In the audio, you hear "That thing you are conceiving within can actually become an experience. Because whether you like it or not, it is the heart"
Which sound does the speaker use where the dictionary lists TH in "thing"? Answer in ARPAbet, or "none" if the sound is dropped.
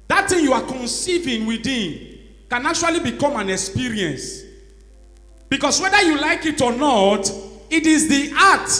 T